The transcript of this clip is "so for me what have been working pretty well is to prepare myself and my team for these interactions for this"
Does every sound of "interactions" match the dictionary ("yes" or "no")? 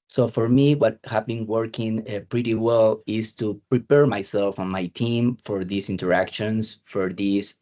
no